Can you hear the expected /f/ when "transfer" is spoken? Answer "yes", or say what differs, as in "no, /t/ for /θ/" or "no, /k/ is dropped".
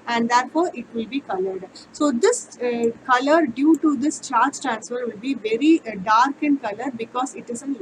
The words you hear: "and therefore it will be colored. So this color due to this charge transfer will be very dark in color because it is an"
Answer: yes